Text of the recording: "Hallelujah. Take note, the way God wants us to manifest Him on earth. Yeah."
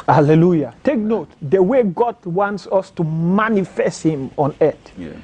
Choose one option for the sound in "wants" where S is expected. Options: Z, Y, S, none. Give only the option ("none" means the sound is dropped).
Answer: S